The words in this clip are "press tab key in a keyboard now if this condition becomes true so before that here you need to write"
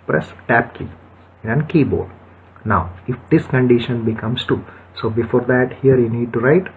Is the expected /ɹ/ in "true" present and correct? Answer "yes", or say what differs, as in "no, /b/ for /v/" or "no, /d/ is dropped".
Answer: no, /ɹ/ is dropped